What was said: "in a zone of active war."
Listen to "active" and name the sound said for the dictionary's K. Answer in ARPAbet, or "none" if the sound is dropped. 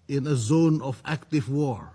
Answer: K